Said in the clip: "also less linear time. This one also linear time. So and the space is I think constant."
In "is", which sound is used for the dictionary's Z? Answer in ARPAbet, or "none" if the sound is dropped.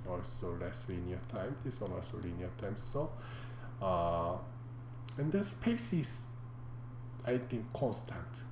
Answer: S